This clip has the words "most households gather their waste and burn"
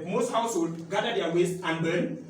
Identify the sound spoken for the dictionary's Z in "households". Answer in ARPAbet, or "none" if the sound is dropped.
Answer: none